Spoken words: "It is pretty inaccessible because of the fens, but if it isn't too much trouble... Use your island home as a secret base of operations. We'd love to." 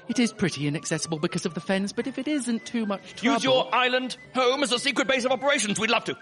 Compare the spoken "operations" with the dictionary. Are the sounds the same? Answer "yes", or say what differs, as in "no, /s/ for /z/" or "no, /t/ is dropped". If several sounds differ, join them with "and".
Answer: yes